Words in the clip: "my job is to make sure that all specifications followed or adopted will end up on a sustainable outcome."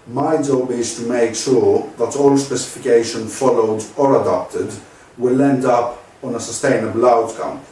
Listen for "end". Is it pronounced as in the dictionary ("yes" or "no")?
yes